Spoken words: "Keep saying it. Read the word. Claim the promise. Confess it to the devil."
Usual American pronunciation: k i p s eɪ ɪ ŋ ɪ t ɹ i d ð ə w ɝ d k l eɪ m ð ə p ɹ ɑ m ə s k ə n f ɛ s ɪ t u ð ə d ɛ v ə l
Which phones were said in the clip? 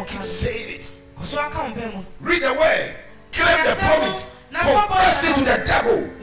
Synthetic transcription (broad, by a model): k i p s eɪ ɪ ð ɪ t ɹ i d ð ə w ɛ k l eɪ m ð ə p ɹ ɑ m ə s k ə f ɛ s ɪ t u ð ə d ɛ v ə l